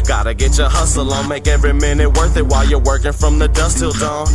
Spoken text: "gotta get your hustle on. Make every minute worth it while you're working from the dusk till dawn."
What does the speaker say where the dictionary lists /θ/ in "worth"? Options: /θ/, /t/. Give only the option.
/θ/